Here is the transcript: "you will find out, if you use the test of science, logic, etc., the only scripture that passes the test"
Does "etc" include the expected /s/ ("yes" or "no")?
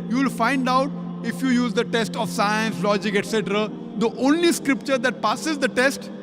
yes